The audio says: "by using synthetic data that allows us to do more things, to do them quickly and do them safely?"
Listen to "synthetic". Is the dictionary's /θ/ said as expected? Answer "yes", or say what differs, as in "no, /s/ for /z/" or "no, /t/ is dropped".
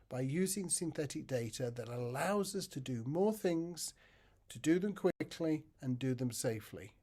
yes